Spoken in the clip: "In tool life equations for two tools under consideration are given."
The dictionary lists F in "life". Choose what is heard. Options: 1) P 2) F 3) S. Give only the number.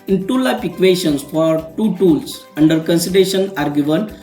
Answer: 1